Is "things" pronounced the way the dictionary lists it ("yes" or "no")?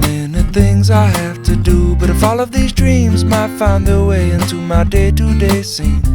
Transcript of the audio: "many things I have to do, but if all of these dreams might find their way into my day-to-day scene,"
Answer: yes